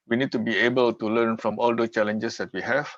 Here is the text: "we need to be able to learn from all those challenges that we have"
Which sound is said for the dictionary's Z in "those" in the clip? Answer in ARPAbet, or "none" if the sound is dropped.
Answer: none